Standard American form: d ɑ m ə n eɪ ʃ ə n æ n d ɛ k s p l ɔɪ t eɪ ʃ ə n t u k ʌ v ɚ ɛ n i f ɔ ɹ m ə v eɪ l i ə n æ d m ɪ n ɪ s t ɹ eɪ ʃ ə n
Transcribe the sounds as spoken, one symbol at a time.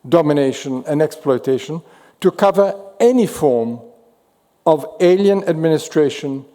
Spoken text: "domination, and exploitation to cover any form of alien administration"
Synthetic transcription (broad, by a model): d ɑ m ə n eɪ ʃ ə n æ n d ɛ k s p l ɔɪ t eɪ ʃ ə n t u k ʌ v ɚ ɛ n i f ɔ ɹ m ə v eɪ l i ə n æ d m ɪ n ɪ s t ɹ eɪ ʃ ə n